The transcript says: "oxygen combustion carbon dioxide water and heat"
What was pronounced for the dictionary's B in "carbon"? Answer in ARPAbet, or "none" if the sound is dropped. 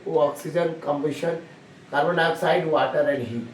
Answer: none